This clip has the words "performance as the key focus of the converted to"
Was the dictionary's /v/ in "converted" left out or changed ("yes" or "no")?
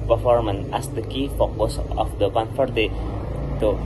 yes